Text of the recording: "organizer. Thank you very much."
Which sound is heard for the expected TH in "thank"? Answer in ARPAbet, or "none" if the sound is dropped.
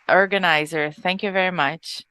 TH